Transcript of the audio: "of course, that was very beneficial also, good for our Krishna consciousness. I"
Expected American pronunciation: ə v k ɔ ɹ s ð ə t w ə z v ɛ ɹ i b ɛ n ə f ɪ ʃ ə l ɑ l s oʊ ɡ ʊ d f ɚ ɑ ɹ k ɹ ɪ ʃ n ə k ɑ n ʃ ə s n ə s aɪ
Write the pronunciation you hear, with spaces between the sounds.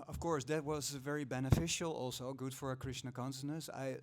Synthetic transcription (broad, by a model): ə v k ɔ ɹ s ð ə t w ə z v ɛ ɹ i b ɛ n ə f ɪ ʃ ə l ɑ l s oʊ ɡ ʊ d f ɚ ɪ k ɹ ɪ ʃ n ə k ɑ n s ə n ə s aɪ